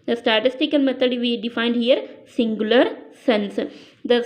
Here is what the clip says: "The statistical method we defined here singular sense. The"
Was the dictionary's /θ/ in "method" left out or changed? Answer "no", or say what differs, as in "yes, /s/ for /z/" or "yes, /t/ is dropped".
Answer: yes, /t/ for /θ/